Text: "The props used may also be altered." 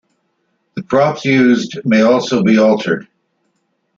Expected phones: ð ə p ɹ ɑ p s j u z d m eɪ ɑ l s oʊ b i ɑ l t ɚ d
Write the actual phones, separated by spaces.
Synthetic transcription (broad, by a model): ð ə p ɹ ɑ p s j u z d m eɪ ɑ l s oʊ b i ɑ l t ɚ d